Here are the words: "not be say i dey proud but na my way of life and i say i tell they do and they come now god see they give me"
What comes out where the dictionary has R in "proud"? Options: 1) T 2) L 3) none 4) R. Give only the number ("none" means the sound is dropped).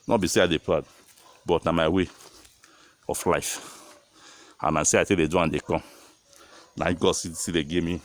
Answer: 2